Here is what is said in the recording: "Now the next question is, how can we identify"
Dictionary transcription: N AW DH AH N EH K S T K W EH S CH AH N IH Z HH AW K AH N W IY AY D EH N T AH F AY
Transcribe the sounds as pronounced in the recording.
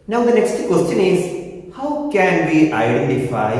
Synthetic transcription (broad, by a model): N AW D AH N EH K S T K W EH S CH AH N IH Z HH AW K AH N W IY AY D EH N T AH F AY